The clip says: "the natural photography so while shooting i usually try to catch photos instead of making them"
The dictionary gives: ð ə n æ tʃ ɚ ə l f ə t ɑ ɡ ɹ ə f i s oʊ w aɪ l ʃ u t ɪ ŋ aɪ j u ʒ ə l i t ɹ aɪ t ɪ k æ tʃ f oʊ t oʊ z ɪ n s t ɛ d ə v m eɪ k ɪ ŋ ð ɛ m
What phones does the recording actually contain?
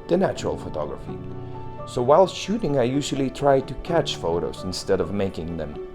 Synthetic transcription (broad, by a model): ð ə n æ tʃ ɚ ə l f ə t ɑ ɡ ɹ ə f i s oʊ w aɪ l ʃ u t ɪ ŋ aɪ j u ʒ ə l i t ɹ aɪ t ɪ k æ tʃ f oʊ t oʊ z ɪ n s t ɛ d ə v m eɪ k ɪ ŋ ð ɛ m